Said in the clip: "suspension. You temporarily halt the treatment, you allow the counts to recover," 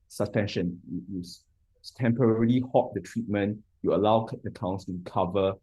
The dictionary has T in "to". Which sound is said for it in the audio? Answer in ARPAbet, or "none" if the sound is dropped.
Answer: T